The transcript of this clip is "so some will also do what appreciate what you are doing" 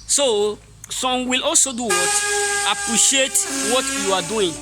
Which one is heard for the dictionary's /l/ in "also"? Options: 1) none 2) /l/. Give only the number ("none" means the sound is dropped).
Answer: 2